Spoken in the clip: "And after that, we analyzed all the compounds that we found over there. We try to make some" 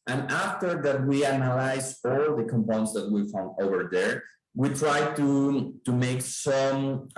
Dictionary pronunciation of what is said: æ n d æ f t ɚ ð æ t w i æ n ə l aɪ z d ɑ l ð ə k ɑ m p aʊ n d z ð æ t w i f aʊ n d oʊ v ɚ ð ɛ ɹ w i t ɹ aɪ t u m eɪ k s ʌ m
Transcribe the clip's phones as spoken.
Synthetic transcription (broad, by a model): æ n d æ f t ɚ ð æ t w i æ n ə l aɪ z ɑ l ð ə k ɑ m p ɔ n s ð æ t w i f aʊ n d oʊ v ɚ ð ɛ ɹ w i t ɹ aɪ t u m eɪ k s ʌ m